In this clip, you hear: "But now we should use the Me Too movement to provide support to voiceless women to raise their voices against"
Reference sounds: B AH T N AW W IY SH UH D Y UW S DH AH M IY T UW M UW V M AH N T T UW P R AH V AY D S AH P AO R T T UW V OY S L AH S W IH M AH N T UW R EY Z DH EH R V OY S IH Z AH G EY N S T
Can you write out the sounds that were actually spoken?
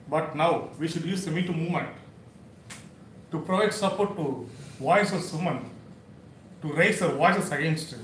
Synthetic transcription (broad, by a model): B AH T N AW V IY SH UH D Y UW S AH M IY T UW M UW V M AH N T T UW P R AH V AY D S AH P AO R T T UW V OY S AH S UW M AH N T UW R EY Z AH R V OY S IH S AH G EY N S T